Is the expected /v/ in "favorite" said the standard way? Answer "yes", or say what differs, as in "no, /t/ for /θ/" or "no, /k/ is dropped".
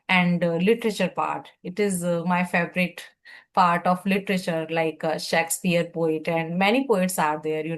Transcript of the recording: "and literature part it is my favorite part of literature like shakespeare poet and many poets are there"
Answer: no, /b/ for /v/